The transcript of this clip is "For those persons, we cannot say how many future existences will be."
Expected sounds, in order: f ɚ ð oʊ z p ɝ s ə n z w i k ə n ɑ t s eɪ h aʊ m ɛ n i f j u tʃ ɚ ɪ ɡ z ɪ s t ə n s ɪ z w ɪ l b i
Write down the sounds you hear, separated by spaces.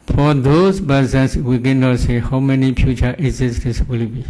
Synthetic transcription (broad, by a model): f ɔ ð oʊ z b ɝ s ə n s w i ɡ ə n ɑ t s eɪ h aʊ m ɛ n i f j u tʃ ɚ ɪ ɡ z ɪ s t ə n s w ɪ l b i